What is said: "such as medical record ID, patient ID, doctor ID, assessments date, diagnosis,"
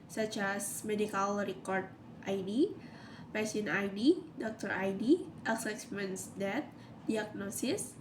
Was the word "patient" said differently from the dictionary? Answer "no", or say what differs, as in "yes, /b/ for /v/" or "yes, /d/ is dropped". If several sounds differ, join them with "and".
yes, /t/ is dropped